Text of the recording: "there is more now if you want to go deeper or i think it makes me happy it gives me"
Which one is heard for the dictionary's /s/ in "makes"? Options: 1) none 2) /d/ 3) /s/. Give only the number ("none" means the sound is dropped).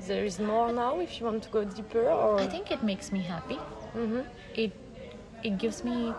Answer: 3